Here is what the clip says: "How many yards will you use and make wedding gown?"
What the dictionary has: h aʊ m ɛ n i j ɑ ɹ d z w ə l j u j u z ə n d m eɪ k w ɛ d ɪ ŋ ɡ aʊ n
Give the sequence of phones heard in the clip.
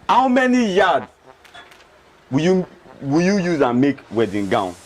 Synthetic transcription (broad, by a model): h aʊ m ɛ n i j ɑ d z w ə w j u j u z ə n m eɪ k w ɛ d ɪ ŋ ɡ aʊ n